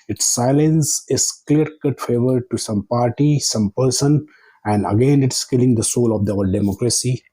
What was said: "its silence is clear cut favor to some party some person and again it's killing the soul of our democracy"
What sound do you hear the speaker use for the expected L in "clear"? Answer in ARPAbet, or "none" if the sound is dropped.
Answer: L